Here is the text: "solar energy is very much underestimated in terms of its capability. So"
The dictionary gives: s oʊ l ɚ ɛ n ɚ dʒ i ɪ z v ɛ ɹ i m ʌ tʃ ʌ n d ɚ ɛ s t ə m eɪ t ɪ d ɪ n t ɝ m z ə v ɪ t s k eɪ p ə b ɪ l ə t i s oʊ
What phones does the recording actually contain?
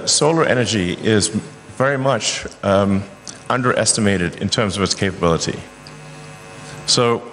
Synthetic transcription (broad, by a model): s oʊ l ɚ ɛ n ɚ dʒ i ɪ z v ɛ ɹ i m ʌ tʃ ʌ n d ɚ ɛ s t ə m eɪ t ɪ d ɪ n t ɝ m z ə v ɪ t s k eɪ p ə b ɪ l ə t i s oʊ